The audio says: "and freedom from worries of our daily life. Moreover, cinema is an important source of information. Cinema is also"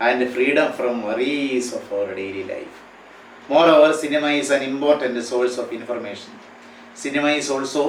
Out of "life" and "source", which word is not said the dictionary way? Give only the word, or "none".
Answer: source